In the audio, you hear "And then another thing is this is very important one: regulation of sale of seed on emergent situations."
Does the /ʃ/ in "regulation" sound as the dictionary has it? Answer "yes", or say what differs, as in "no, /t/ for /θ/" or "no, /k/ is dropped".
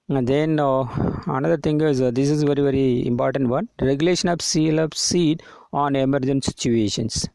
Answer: yes